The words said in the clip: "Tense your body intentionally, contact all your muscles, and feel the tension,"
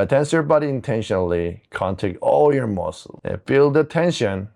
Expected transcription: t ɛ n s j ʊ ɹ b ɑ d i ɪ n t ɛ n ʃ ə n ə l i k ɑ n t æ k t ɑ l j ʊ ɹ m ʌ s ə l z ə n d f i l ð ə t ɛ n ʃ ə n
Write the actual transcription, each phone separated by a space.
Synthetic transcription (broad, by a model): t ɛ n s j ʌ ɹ b ɑ d i ɪ n t ɛ n ʃ ə n ə l i k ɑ n t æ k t ɑ l j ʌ ɹ m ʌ s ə l ə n f i l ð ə t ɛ n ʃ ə n